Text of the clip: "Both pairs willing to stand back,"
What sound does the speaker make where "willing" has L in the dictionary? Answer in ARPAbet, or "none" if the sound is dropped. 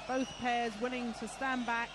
N